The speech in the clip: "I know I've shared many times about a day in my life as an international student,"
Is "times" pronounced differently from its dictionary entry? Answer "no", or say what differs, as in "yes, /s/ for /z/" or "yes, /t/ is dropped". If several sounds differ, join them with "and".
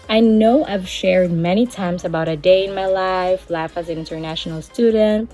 no